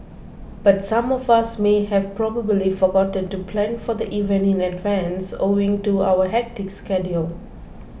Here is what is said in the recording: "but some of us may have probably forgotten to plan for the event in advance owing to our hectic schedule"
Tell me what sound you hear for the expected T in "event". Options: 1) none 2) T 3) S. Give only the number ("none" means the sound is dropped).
1